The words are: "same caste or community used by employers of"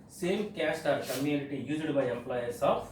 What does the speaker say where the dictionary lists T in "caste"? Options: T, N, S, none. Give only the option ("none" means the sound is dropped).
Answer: T